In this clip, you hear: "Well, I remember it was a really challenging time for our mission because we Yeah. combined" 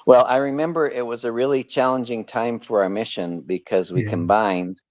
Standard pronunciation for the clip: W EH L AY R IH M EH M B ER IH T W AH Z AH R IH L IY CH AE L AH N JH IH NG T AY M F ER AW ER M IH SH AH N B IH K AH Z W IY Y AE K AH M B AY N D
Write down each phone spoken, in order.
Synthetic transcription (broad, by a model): W EH L AY R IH M EH M B ER IH T W AH Z AH R IH L IY CH AE L AH N JH IH NG T AY M F ER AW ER M IH SH AH N B IH K AH Z W IY K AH M B AY N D